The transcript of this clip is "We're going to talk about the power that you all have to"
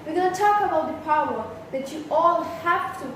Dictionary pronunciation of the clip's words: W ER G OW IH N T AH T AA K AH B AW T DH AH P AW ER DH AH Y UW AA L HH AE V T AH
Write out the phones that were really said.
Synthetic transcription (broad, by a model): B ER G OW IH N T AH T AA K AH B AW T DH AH P AW ER DH AH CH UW AA L HH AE F T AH